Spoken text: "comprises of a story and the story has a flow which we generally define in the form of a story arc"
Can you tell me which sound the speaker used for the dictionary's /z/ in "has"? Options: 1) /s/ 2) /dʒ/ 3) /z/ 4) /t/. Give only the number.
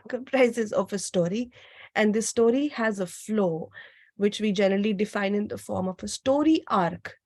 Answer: 3